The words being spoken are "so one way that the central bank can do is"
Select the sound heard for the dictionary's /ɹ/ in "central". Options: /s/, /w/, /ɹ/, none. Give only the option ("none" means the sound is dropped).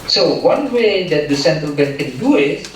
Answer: none